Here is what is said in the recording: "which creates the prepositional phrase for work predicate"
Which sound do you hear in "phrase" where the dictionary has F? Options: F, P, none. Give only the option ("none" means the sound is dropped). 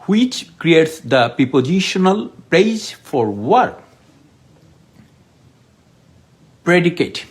P